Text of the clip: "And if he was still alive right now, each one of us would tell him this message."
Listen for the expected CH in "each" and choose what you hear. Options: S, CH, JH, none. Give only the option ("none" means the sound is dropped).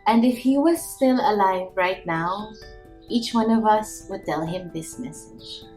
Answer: CH